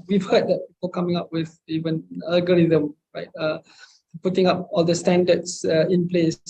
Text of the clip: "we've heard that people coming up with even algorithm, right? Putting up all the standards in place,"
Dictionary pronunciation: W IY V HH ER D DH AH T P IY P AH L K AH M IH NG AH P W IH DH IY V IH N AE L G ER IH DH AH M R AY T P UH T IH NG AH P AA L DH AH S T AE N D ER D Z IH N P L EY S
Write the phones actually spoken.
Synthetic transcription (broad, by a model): W IY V HH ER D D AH T P IY P AH L K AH M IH NG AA P W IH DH IY V IH N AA L G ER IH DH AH M R AY T P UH T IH NG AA P AA L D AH S T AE N D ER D S IH N P L EY S